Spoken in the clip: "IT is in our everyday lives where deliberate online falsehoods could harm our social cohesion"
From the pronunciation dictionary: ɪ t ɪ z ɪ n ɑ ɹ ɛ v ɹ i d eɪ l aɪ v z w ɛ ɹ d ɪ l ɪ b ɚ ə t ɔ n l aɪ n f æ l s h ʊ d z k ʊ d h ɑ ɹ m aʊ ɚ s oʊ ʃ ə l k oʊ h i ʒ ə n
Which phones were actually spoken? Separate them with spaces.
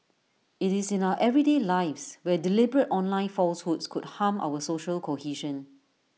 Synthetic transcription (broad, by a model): ɪ t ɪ s ɪ n ɑ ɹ ɛ v ɹ i d eɪ l aɪ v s w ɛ d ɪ l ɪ b ɚ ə t ɔ n l aɪ n f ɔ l s h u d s k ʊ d h ɑ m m aʊ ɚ s oʊ ʃ ə l k oʊ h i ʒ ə n